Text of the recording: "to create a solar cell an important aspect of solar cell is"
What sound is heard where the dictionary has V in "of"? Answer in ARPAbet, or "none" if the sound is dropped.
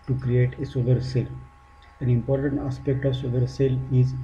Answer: V